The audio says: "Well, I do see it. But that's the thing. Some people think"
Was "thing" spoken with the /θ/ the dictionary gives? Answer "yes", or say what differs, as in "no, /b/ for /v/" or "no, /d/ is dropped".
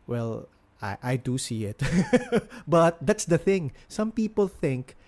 yes